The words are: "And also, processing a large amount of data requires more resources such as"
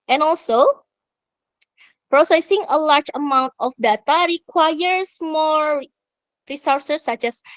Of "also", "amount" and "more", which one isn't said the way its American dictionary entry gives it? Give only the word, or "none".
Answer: none